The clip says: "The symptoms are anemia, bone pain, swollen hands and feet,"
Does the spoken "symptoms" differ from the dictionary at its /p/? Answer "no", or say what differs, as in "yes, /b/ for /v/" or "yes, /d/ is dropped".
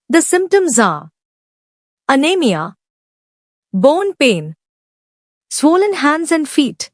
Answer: no